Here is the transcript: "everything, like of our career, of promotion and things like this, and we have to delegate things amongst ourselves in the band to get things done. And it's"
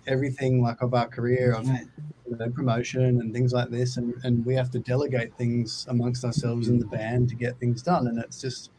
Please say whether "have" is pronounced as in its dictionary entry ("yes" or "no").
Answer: no